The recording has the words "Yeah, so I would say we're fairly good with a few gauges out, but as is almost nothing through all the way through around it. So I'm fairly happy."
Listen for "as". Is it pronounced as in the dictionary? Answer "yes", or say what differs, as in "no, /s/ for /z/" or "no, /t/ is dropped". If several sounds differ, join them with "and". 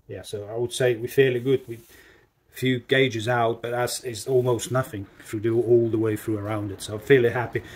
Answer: no, /s/ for /z/